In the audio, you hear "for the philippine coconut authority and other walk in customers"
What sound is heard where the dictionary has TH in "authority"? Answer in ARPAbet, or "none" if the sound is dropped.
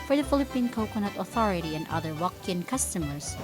TH